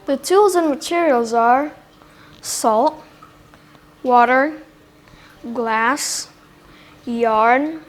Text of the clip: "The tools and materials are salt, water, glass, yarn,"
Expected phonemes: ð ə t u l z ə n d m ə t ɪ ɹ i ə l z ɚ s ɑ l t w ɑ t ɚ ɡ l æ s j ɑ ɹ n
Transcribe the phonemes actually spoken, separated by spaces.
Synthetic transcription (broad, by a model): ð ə t u l z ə n m ə t ɪ ɹ i ə l z ɚ s ɑ l t w ɑ t ɚ ɡ l æ s j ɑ ɹ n